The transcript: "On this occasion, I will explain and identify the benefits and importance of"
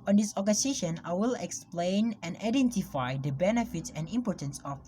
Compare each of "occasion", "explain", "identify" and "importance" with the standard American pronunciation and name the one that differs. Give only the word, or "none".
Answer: occasion